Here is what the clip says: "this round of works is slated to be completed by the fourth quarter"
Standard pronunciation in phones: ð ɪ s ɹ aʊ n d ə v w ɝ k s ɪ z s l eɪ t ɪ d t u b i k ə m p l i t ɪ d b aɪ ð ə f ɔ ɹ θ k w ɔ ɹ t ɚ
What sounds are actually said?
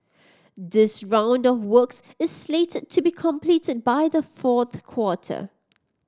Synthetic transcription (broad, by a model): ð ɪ s ɹ aʊ n d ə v w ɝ k s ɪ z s l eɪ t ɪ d t u b i k ə m p l i t ɪ d b aɪ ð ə f ɔ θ k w ɔ t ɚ